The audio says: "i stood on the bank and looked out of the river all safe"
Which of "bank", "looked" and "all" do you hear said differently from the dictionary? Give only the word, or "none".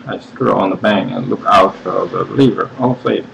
looked